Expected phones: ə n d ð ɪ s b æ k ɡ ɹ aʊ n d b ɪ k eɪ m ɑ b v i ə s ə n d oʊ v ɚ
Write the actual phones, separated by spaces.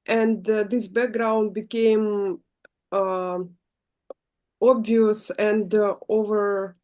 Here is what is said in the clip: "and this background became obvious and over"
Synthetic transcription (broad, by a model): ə n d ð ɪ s b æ k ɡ ɹ aʊ n d b ɪ k eɪ m ɑ b v i ə s ə n d oʊ v ɚ